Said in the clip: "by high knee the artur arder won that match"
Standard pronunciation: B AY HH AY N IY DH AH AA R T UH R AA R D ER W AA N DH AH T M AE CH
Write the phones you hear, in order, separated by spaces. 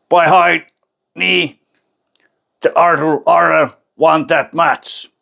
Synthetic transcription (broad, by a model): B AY HH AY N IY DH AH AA R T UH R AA R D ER W AA N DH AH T M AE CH